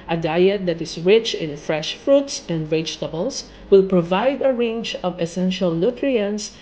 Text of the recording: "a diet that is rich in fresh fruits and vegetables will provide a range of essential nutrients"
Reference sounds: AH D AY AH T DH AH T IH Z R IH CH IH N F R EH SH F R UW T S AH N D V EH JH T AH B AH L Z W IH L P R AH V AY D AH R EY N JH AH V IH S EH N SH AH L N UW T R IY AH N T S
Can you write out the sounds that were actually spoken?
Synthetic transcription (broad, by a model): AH D AY AH T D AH T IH S R IH CH IH N F R EH SH F R UW T S AH N D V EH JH T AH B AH L S W IH L P R AH V AY D AH R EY N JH AH V IH S EH N SH AH L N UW T R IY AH N S